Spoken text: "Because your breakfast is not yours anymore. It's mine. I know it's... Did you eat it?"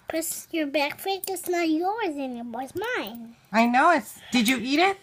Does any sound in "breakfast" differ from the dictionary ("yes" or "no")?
yes